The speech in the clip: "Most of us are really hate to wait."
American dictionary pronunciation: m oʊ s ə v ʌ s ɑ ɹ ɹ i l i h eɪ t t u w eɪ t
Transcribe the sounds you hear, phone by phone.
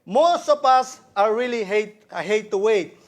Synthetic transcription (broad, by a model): m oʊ s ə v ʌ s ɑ ɹ l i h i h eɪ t t u w eɪ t